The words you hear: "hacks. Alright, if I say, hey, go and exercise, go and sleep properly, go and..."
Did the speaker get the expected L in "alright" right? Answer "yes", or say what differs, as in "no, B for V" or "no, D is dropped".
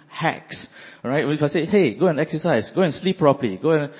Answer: no, L is dropped